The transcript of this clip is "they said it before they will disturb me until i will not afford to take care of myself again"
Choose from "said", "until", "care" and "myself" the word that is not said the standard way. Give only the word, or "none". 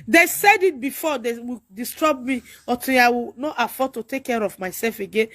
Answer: until